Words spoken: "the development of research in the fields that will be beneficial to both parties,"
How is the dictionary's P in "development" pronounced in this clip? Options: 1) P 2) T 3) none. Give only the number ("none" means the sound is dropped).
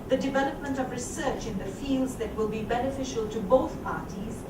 1